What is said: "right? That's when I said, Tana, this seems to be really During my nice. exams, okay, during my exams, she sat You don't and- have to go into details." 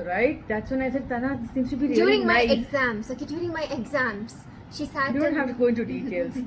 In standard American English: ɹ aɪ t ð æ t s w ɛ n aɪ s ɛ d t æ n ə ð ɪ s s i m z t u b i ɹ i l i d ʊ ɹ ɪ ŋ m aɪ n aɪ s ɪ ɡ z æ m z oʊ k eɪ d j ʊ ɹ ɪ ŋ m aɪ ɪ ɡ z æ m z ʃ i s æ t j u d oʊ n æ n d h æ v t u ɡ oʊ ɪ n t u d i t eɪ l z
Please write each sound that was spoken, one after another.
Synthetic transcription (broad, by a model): ɹ aɪ t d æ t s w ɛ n aɪ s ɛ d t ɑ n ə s s i m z t u b i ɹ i i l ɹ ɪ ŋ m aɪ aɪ ɪ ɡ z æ m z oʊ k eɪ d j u ɹ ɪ ŋ m aɪ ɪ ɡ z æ m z ʃ i s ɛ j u d oʊ n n h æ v t u ɡ oʊ ɪ n t u d i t eɪ l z